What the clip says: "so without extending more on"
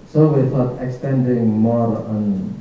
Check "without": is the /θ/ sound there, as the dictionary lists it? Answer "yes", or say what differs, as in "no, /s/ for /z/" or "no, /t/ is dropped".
no, /f/ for /θ/